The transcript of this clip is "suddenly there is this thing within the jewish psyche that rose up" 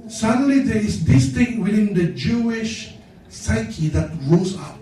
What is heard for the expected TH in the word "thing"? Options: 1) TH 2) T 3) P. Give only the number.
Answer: 2